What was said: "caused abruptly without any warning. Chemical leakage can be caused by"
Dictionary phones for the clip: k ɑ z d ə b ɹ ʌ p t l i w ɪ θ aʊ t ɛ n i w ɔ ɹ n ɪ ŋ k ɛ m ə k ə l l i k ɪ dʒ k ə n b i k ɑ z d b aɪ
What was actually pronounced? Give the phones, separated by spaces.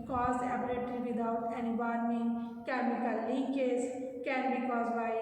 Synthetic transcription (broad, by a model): k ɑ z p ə ɹ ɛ t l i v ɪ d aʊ t ɛ n i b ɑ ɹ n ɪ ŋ k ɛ m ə k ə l l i k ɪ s k ə n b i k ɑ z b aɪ